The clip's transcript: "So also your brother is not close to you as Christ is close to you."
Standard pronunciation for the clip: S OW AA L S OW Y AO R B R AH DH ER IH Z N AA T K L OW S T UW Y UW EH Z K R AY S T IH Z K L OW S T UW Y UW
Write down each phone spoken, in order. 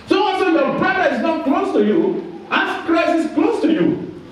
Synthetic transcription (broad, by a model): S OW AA N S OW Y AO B R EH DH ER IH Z N AA T K L OW S T UW Y UW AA S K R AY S IH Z K L OW S T UW Y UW